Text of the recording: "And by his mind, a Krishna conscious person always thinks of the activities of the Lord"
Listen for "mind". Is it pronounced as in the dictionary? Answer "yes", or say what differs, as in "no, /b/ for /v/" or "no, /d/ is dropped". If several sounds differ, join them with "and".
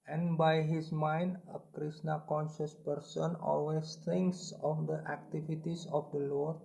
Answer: yes